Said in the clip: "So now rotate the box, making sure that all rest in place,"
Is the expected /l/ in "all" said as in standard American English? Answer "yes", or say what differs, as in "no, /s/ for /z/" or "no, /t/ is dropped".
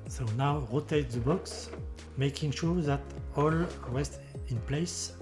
yes